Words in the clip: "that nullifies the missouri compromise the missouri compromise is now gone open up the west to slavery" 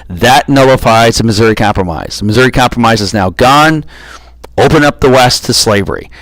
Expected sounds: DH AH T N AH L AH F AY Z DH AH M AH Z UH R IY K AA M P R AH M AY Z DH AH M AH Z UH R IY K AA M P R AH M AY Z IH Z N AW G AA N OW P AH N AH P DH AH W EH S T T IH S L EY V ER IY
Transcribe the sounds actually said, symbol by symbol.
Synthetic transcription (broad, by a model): DH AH T N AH L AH F AY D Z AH M AH Z UH R IY K AA M P R AH M AY Z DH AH M AH Z UH R IY K AA M P R AH M AY Z IH Z N AW G AA N OW P AH N AH P DH AH W EH S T T IH S L EY V ER IY